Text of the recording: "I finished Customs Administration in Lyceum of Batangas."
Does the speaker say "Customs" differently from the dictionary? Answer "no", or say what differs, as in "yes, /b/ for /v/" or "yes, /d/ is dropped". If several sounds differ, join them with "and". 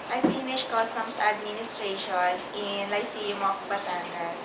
yes, /s/ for /z/